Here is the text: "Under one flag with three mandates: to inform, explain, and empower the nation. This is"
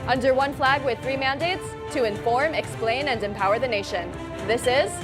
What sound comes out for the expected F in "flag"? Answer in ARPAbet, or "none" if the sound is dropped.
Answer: F